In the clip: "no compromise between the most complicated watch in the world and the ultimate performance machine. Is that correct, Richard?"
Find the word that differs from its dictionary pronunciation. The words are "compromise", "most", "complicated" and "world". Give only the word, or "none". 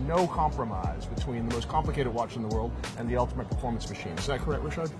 none